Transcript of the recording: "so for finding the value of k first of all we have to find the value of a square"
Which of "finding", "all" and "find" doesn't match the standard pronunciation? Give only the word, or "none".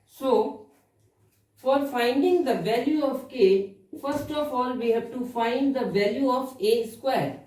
none